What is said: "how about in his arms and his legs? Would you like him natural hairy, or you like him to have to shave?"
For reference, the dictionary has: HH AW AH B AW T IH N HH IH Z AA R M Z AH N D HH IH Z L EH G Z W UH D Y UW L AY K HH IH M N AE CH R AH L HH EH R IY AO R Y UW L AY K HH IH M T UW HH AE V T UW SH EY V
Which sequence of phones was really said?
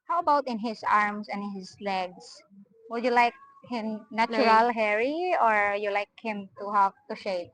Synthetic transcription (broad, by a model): HH AW AH B AW T IH N HH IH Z AA R M S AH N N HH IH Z L EH G S W UH D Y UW L AY K HH IH M N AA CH R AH L HH EH R IY AO R Y UW L AY K HH IH M T UW HH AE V T UW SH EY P